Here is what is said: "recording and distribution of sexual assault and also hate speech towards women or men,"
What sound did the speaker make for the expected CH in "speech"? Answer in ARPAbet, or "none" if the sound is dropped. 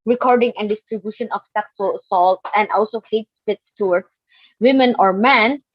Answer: S